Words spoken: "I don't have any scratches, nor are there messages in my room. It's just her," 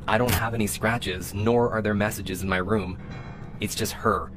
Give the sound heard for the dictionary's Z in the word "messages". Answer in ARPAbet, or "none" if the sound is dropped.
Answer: Z